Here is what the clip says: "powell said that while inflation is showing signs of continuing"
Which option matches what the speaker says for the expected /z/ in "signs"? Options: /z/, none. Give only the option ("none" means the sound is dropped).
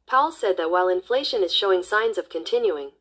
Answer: /z/